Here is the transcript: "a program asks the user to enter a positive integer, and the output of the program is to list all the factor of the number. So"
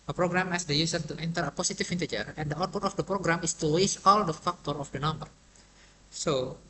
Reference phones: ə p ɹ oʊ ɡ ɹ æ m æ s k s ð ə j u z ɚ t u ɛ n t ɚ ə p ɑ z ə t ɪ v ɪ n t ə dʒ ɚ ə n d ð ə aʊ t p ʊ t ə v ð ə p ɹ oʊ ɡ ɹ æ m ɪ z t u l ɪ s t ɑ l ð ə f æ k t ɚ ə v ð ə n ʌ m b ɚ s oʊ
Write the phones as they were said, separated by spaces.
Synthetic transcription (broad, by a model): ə p ɹ oʊ ɡ ɹ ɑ m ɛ s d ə j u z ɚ t u ɛ n t ɚ ə p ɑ s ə t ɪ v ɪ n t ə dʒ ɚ ə n d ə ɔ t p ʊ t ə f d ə p ɹ oʊ ɡ ɹ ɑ m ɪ s t u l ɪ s ɑ l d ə f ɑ k t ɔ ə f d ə n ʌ m b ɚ s oʊ